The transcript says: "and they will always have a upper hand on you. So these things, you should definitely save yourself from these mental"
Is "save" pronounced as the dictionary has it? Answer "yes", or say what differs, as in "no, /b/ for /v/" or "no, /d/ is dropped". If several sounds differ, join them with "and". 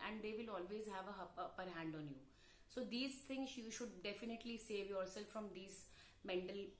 yes